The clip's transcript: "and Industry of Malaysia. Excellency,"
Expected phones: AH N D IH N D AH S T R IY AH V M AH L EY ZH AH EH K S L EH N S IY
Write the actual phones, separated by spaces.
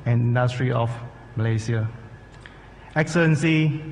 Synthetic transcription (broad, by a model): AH N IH N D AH S T R IY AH F M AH L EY S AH EH K S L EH N S IY